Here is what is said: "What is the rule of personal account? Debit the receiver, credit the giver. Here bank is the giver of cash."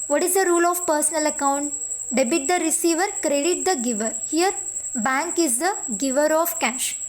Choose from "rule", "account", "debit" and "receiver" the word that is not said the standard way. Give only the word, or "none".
none